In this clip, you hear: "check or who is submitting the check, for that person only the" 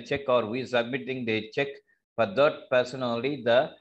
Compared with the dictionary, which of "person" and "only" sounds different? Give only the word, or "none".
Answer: only